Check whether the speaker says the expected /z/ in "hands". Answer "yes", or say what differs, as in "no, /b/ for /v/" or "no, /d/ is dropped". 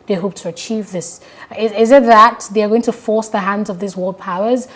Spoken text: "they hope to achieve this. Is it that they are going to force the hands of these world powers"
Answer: yes